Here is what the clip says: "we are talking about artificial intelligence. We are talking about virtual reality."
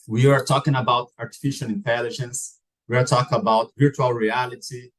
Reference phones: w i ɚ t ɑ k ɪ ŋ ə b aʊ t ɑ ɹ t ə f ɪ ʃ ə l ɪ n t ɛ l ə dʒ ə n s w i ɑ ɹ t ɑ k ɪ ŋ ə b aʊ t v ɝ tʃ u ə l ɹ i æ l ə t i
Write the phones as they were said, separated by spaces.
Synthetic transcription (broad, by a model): w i ɚ t ɑ k ɪ ŋ ə b aʊ t ɑ ɹ t ə f ɪ ʃ ə l ɪ n t ɛ l ə dʒ ə n s w i ɑ ɹ t ɑ k ɪ ŋ ə b aʊ t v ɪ tʃ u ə l ɹ i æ l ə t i